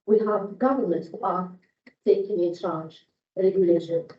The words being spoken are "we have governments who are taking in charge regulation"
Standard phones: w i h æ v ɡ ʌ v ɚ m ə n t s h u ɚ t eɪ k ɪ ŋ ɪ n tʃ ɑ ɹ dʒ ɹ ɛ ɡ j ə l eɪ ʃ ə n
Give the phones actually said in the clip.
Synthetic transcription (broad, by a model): w i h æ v ɡ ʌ v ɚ m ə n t h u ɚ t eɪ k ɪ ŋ ɪ n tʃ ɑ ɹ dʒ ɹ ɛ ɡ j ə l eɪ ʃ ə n